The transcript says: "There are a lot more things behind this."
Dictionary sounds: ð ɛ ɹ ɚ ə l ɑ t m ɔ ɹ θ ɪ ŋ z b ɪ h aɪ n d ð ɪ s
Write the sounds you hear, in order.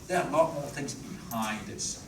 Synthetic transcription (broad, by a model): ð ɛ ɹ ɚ ə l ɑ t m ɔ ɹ θ ɪ ŋ z b ɪ h aɪ n d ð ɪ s